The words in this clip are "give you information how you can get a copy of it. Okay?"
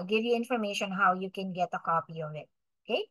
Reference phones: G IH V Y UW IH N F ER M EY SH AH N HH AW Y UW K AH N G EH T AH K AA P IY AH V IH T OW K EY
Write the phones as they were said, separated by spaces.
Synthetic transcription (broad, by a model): G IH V Y UW IH N F ER M EY SH AH N HH AW Y UW K AH N G EH T AH K AA P IY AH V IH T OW K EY